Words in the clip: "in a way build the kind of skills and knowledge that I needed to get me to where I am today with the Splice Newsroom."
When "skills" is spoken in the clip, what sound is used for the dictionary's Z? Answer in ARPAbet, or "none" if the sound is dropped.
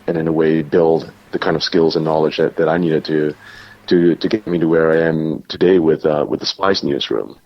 Z